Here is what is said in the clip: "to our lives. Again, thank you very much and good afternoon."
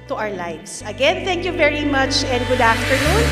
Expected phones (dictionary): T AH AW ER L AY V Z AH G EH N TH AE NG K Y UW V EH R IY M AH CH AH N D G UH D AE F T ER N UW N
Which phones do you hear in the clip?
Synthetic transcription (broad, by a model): T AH AW ER L AY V S AH G EH N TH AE NG K Y UW V EH R IY M AH CH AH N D G UH D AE F T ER N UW N